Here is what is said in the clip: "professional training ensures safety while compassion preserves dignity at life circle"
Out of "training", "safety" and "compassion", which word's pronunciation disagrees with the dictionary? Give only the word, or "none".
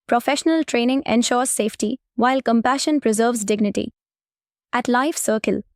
none